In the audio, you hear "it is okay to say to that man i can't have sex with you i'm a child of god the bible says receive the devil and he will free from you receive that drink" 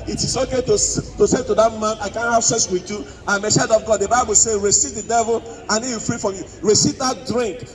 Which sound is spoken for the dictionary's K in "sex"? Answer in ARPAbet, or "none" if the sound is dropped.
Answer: none